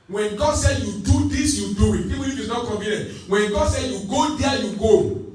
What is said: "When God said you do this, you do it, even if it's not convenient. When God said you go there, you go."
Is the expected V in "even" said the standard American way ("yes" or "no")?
no